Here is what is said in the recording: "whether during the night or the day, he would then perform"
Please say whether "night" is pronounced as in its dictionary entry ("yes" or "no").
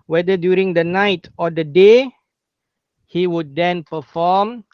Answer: yes